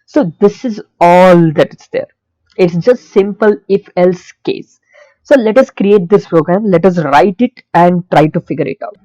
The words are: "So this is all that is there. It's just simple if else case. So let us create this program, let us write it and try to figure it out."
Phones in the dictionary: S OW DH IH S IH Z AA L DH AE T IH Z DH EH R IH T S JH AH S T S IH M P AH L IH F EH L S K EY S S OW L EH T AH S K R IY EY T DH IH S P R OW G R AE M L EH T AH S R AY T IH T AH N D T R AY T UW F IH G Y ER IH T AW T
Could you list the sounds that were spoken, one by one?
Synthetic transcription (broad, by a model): S OW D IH S IH Z AA L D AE T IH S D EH R IH T S JH AH S T S IH M P AH L IH F EH L S K EY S S OW L EH T AH S K R IY EY T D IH S P R OW G R AE M L EH T AH S R AY T IH T AH N D T R AY T UW F IH G Y ER IH T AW T